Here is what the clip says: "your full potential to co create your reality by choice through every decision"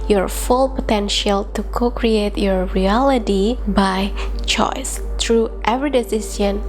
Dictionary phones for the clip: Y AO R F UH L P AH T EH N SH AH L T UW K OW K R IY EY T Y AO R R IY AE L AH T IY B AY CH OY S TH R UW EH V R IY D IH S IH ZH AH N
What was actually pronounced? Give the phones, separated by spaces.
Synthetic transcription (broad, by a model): Y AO R F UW L P AH T EH N SH AH L T UW K OW K R IY EY T Y AO R R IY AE L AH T IY B AY CH OY S T R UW EH V R IY D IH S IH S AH N